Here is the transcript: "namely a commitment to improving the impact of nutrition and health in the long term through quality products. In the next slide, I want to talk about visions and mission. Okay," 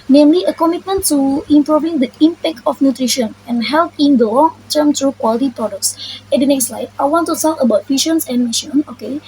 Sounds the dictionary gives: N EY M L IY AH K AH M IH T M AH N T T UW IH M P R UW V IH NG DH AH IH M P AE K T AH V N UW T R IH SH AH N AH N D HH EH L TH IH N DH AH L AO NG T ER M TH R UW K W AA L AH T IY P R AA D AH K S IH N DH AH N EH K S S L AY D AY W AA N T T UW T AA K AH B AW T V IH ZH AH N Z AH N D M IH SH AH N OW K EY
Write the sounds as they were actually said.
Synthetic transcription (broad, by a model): N EY M L IY AH K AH M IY T M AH N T T UW IH M P R UW V IH NG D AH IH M P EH K T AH F N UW T R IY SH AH N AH N HH EH L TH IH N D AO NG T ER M T R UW K W AA L AH T IY P R AA D AH K S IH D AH N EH K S S L AY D AY W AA N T T UW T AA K AH B AW T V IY SH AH N S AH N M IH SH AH N OW K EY